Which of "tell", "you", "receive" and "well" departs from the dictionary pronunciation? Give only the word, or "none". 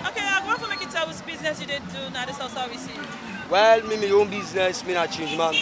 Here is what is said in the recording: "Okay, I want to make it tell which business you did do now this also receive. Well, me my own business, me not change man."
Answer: receive